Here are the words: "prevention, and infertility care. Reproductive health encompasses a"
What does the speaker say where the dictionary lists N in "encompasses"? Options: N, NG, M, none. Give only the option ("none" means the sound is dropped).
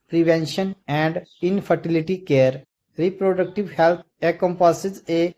none